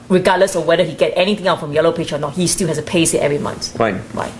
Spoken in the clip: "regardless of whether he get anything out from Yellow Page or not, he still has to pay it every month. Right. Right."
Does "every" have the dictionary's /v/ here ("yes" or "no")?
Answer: yes